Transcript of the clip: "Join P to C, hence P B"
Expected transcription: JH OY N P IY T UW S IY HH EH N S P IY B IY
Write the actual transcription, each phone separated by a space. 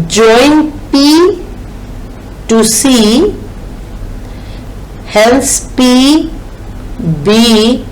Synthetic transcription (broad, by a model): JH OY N P IY T UW S IY HH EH L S P IY B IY